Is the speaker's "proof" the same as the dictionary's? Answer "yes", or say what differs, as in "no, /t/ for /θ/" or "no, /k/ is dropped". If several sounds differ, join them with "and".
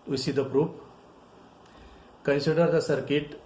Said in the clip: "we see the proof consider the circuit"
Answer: no, /p/ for /f/